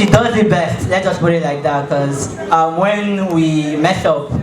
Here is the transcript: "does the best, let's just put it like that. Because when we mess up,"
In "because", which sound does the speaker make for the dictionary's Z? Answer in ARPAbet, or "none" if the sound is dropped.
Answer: none